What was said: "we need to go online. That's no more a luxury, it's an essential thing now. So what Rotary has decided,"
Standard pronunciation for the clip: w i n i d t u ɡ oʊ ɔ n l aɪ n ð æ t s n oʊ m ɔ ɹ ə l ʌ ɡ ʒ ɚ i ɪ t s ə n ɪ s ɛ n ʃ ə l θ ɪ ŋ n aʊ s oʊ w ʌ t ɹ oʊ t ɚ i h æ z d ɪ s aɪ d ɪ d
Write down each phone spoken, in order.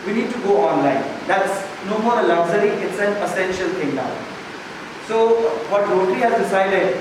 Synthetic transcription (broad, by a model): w i n i d t u ɡ oʊ ɔ n l aɪ n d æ t s n oʊ m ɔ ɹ ə l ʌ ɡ z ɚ i ɪ t s ə n ɪ s ɛ n ʃ ə l t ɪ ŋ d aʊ s oʊ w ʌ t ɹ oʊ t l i h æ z d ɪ s aɪ d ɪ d